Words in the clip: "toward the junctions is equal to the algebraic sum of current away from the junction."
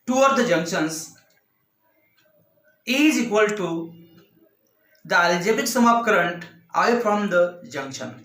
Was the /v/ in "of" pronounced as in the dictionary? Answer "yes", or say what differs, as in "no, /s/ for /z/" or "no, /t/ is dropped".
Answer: no, /p/ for /v/